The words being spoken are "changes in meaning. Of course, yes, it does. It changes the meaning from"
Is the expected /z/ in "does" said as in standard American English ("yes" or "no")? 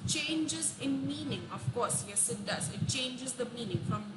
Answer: no